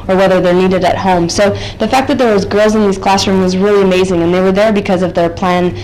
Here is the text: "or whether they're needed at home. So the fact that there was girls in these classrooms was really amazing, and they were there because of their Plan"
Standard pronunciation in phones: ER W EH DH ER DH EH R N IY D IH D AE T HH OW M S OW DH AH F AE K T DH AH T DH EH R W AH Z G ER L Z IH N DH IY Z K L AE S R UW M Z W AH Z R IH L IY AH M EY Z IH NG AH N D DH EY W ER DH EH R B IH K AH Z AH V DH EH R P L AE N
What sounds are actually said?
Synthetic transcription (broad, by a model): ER W EH DH ER DH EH R N IY D IH D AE T HH OW M S OW DH AH F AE K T DH AH T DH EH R W AH Z G ER L Z IH N DH IY Z K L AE S R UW M W AH Z R IH L IY AH M EY Z IH NG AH N DH EY W ER DH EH R B IH K AH Z AH V DH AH R P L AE N